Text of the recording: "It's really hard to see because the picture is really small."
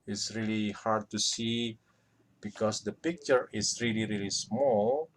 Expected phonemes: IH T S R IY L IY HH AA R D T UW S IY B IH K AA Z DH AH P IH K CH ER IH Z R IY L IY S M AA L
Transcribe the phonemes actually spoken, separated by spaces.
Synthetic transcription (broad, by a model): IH T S R IY L IY HH AA R D T UW S IY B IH K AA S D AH P IH K CH ER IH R R IY L IY S M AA L